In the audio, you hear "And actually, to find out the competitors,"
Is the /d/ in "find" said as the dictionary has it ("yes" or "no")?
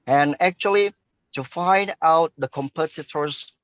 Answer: yes